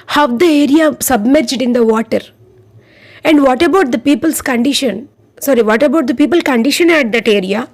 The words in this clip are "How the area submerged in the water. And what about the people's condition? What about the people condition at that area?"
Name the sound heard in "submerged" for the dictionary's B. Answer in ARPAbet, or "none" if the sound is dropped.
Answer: B